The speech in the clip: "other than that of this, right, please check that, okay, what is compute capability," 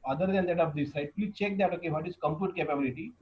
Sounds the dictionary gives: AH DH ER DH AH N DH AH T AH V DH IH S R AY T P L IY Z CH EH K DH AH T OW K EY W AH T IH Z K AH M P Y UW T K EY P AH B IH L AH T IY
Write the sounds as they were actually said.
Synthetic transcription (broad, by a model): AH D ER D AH N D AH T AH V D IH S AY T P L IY CH EH K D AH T OW K EY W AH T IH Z K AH M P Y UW T K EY P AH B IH L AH T IY